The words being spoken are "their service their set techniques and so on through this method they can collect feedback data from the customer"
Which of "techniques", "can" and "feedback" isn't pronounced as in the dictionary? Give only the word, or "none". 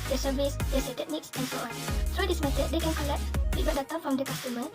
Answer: feedback